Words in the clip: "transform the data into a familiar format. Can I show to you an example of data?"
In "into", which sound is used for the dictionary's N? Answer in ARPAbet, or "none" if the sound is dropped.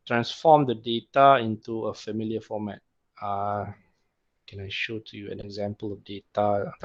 N